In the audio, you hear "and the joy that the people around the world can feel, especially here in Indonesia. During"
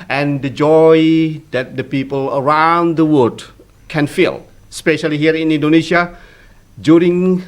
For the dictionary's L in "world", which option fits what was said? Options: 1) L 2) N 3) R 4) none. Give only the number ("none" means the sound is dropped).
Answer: 4